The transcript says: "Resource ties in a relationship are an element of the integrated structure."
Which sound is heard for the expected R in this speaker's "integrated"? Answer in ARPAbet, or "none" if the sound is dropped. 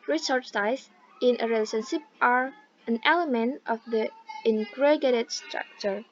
none